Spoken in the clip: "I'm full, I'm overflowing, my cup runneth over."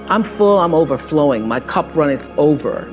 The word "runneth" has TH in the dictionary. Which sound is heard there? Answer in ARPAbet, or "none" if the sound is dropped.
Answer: S